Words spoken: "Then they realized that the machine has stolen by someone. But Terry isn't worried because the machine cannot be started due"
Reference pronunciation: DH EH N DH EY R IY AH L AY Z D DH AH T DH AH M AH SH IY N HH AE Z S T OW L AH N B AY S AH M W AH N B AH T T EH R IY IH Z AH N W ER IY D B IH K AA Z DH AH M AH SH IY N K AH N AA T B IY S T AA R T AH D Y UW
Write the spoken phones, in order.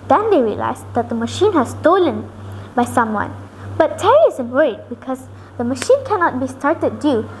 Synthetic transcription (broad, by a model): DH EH N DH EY R IY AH L AY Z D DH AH T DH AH M AH SH IY N HH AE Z S T OW L AH N B AY S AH M W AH N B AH T T EH R IY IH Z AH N W ER IY D B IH K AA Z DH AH M AH SH IY N K AH N AA T B IY S T AA R T AH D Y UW